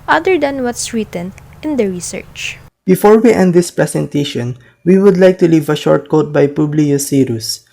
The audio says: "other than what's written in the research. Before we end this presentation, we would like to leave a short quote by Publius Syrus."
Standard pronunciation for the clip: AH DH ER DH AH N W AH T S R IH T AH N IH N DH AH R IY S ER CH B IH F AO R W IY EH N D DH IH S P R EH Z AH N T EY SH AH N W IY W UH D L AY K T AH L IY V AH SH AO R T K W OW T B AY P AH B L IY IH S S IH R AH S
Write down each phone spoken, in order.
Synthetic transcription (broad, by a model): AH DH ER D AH N W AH T S R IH T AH N IH N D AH R IY S ER CH B IH F AO R W IY EH N D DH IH S P R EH S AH N T EY SH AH N W IY W UH D L AY K T AH L IY V AH SH AO R T K OW T B AY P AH B L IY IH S S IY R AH S